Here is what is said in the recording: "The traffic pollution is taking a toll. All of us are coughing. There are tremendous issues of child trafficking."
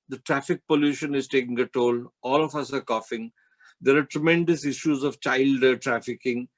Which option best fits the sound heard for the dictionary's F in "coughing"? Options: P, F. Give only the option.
F